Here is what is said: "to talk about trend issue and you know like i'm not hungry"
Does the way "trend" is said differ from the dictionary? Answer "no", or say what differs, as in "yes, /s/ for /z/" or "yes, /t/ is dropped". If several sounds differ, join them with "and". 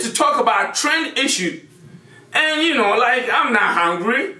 no